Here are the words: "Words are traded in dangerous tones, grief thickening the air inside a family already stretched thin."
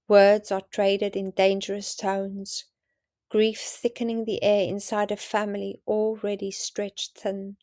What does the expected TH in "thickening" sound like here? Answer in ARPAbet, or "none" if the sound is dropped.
TH